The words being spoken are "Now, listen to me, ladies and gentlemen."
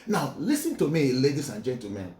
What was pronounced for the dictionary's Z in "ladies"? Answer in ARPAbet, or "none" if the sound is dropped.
S